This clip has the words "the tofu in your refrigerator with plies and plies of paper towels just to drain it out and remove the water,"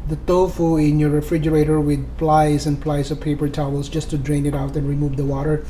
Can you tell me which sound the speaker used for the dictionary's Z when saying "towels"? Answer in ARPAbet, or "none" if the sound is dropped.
S